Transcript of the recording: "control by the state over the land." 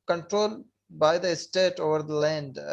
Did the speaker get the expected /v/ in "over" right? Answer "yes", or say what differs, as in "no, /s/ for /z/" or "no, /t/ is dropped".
yes